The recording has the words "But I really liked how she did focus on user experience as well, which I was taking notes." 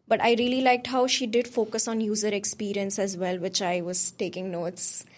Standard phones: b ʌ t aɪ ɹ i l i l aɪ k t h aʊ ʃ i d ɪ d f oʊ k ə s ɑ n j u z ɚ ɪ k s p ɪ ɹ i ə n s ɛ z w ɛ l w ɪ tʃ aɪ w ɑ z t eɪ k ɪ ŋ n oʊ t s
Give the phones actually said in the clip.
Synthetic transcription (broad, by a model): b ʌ t aɪ ɹ i l i l aɪ k t h aʊ ʃ i d ɪ d f oʊ k ə s ɑ n j u z ɚ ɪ k s p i ɹ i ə n s ɛ z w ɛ l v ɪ tʃ aɪ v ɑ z t eɪ k ɪ ŋ n oʊ t s